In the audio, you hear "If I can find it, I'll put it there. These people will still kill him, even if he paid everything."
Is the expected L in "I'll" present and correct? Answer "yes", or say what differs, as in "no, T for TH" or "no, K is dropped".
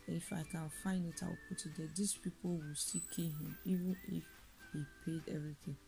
no, W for L